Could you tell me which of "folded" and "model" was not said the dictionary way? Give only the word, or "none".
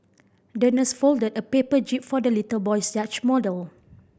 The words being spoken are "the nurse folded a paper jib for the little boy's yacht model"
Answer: none